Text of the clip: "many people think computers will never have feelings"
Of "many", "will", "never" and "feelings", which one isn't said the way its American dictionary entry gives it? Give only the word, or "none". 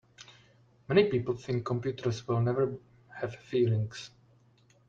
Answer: feelings